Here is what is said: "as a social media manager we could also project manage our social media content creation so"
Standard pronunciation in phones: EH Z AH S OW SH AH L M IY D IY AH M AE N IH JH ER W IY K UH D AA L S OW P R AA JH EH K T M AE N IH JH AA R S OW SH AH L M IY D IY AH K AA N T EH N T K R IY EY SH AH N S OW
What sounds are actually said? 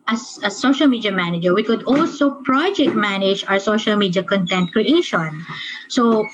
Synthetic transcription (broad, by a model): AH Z AH S OW SH AH L M IY D IY AH M AE N IH JH ER W IY K UH D AA L S OW P R AA JH EH K T M AE N IH JH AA W S OW SH AH L M IY D IY AH K AA N T EH N T K R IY EY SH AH N S OW